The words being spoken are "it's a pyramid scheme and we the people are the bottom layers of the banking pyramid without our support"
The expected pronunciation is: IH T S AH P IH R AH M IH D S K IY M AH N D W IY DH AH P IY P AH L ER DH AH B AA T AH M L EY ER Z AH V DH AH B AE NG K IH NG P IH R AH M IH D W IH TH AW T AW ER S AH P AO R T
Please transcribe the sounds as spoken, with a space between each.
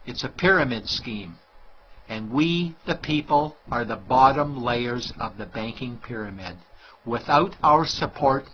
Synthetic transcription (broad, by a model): IH T S AH P IH R AH M IH D S K IY M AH N W IY DH AH P IY P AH L ER DH AH B AA T AH M L EY ER Z AH V DH AH B AE NG K IH NG P IH R AH M IH D W IH TH AW T AW ER S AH P AO R T